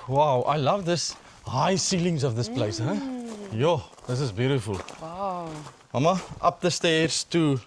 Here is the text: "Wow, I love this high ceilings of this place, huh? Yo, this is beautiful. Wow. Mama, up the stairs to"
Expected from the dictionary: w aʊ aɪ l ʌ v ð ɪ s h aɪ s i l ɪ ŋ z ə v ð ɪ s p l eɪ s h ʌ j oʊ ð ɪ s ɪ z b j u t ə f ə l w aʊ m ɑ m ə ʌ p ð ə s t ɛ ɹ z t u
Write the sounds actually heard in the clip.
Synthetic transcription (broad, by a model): w aʊ aɪ l ʌ v ð ɪ s h aɪ s i l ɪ ŋ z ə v ð ɪ s p l eɪ s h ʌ j oʊ ð ɪ s ɪ z b j u t ə f ə l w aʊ m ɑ m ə ʌ p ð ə s t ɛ ɹ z t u